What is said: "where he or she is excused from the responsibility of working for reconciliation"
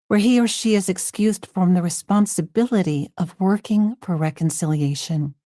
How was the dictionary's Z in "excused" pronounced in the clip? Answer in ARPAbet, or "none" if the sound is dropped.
Z